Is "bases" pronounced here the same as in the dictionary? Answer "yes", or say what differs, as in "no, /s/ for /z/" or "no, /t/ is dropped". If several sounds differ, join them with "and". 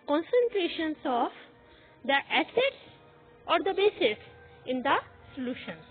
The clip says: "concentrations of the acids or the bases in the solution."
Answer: no, /s/ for /z/